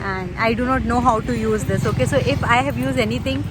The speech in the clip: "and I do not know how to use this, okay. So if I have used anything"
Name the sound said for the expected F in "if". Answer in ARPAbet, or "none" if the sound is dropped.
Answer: F